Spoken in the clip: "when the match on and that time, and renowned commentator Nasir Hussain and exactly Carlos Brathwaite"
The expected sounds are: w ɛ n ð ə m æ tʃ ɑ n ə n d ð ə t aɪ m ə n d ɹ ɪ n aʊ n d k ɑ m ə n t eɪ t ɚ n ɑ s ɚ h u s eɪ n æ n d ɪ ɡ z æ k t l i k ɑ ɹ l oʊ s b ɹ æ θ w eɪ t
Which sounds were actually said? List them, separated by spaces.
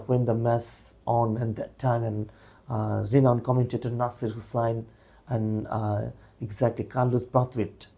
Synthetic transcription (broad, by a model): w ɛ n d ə m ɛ s ɑ n ə n d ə t aɪ m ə n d ɹ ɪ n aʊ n k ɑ m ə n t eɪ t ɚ n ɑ s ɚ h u s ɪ n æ n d ɪ ɡ z æ k t l i k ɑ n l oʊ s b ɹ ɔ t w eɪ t